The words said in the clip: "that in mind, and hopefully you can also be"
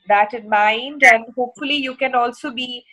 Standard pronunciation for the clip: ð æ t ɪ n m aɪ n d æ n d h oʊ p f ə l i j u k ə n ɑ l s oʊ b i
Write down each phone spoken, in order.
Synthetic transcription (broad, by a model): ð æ t ɪ n m aɪ n d æ n d h oʊ p f ə l i j u k ə n ɑ l s oʊ b i